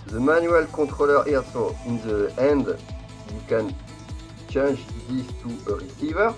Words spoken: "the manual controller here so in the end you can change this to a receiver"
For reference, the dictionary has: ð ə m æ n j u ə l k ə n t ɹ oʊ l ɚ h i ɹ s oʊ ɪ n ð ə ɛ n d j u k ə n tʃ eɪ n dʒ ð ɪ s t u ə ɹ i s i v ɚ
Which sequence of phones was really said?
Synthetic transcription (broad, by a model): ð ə m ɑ n j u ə l k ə t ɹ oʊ l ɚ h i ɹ s oʊ ɪ n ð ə ɛ n d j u k ə n tʃ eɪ n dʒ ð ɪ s t u ə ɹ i s i v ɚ